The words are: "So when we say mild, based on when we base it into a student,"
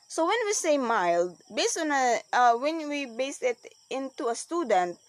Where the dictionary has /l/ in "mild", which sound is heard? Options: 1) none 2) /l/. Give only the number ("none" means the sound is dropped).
2